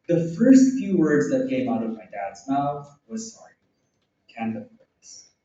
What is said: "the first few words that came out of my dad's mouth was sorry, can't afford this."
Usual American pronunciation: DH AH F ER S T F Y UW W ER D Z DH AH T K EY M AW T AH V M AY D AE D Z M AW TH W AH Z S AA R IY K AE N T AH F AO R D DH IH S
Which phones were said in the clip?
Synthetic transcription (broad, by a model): DH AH F ER S T F Y UW W ER D Z DH AH T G EY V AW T AH V M AY D AE D Z M AW TH W AH Z S AA R IY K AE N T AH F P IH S